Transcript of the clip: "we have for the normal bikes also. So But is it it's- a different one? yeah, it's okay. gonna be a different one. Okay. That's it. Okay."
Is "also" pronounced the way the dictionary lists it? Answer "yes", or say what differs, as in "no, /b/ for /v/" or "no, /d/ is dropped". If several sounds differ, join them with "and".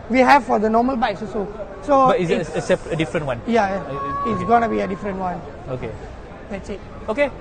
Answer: no, /l/ is dropped